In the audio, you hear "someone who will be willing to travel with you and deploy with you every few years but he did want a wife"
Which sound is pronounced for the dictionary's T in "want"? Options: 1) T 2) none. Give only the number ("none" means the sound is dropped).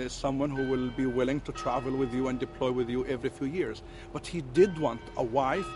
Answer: 1